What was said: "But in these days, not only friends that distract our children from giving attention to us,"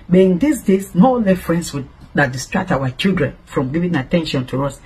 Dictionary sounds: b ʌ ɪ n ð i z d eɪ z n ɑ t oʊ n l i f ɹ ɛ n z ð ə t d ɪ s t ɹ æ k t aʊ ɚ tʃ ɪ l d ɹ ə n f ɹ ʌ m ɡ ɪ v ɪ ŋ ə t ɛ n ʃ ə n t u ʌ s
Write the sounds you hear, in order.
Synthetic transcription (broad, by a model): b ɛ ɪ n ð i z d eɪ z n oʊ l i f ɹ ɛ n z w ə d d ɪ s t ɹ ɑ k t aʊ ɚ tʃ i l d ɹ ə n f ɹ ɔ m ɡ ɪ v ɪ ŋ ə t ɛ n ʃ ə n t u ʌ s